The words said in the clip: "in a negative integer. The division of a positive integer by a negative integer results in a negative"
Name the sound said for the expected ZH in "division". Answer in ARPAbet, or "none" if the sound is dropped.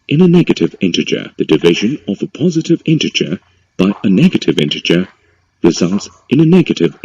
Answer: ZH